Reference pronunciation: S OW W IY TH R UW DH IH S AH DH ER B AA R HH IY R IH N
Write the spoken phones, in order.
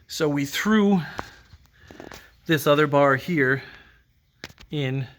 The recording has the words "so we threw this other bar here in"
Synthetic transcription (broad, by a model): S OW W IY TH R UW DH IH S AH DH ER B AA R HH IY R IH N